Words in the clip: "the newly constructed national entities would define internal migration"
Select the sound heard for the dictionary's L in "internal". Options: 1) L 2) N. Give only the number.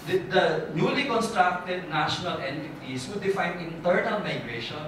2